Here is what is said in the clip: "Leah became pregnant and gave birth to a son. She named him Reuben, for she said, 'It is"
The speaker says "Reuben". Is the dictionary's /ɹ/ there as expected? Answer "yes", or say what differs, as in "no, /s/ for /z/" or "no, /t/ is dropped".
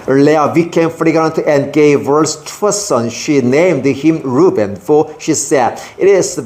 yes